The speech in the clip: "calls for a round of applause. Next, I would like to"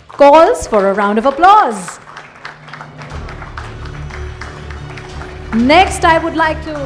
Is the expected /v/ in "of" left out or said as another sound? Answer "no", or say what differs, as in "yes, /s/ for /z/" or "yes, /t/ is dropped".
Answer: no